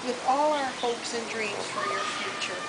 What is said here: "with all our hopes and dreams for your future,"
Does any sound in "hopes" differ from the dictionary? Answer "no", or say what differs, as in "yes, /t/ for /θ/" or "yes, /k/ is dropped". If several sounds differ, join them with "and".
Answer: no